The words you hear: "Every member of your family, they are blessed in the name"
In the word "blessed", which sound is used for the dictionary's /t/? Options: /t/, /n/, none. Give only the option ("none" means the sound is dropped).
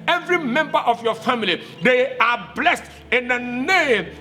/t/